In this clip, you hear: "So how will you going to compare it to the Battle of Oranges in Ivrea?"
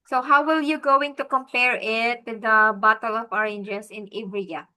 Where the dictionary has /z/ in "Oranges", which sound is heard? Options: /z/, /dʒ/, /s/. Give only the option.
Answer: /s/